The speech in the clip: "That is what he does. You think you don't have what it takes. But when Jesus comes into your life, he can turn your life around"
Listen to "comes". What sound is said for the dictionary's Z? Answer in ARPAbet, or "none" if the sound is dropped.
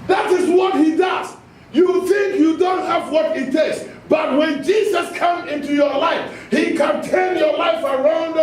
none